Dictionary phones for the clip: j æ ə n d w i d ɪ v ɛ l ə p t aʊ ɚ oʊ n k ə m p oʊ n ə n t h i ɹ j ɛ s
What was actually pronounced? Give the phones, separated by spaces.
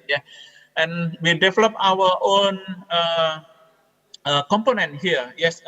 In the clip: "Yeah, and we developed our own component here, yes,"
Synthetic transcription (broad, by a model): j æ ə n w i d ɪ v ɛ l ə p aʊ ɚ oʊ n k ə m p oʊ n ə n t h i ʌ j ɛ s